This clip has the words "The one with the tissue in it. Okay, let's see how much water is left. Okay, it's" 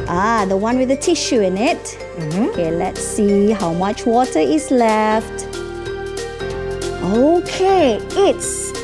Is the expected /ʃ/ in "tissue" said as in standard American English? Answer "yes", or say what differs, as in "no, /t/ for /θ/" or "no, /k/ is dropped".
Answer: yes